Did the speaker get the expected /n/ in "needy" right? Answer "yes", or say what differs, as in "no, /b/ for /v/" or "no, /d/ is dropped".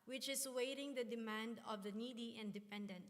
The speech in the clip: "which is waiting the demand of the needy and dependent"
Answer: yes